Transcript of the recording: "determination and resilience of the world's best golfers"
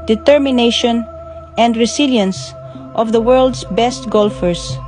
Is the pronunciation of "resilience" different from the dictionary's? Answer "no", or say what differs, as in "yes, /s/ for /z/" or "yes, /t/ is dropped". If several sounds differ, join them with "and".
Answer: yes, /s/ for /z/